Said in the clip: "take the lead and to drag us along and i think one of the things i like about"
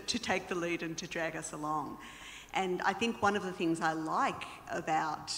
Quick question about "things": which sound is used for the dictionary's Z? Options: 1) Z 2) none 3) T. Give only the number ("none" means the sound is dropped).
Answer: 1